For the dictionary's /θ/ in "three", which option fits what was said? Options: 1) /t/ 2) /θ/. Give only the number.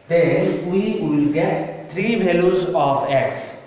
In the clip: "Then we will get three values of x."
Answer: 1